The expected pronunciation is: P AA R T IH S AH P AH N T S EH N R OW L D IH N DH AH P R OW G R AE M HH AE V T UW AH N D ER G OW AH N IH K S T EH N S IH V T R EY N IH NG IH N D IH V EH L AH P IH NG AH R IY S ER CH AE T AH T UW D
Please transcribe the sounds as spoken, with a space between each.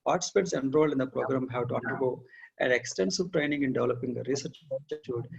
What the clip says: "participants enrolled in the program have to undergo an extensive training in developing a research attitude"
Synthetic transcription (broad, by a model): P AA R T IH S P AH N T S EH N R OW L IH N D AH P R OW G R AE M HH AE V T UW AH N D ER G OW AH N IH K S T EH N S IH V T R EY N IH NG IH N D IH V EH L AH P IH NG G R IY S ER CH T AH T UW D